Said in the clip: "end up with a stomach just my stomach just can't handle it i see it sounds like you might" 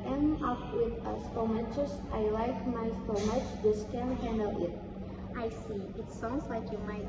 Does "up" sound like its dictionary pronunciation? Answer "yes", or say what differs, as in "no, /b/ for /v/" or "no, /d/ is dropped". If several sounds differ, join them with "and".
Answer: no, /f/ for /p/